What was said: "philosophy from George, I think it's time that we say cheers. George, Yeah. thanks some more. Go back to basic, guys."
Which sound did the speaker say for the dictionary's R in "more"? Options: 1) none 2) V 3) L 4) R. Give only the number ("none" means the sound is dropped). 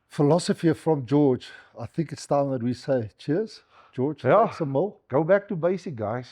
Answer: 3